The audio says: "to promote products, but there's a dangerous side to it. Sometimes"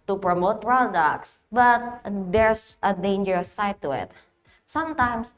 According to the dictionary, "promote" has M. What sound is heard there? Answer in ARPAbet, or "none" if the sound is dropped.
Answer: M